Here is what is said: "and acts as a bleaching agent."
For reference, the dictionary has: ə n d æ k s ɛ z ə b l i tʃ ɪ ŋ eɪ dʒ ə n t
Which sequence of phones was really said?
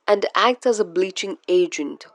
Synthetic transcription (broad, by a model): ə n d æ k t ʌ z ə b l i tʃ ɪ ŋ eɪ dʒ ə n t